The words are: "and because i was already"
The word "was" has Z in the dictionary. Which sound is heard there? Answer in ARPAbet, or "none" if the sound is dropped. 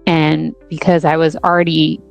Z